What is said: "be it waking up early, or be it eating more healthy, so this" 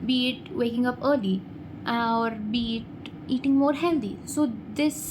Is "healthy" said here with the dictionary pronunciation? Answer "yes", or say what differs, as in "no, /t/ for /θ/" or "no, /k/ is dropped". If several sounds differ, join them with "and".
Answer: no, /t/ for /θ/